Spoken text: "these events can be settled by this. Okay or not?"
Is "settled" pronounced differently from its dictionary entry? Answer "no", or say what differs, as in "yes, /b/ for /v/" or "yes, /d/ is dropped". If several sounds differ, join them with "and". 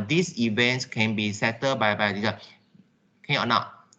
yes, /l/ is dropped